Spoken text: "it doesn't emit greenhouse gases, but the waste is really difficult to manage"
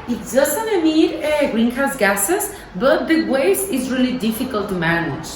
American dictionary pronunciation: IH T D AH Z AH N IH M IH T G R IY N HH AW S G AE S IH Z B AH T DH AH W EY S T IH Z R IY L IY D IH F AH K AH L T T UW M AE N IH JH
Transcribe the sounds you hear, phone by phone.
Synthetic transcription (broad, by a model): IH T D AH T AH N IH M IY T G R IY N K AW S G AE S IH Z B AH T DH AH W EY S IH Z R IY L IY D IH F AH K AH L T T UW M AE N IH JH